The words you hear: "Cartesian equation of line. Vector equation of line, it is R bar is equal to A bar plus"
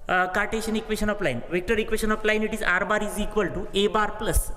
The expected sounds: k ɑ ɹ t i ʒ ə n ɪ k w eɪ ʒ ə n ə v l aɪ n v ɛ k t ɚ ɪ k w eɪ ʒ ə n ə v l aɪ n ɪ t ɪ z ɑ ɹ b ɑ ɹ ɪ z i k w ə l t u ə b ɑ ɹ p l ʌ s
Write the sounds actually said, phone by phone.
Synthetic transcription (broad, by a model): k ɑ ɹ t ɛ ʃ ə n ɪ k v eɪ ʃ ə n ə p l aɪ n v ɛ k t ɚ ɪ k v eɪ ʃ ə n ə p l aɪ n ɪ t ɪ z ɑ ɹ b ɑ ɹ ɪ z i k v ə l t u ə b ɑ ɹ p l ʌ s